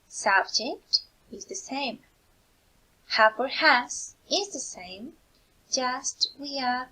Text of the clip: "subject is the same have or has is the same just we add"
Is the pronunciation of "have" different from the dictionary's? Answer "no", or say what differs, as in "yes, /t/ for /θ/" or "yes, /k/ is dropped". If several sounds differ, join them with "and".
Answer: yes, /p/ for /v/